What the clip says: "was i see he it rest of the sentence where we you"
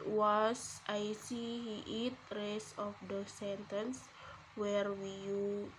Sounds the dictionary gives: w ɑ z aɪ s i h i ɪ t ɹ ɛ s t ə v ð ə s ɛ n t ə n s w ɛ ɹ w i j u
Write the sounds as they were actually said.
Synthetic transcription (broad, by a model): w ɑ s aɪ s i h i ɪ t ɹ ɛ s ə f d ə s ɛ n t ə n s w ɛ ɹ w i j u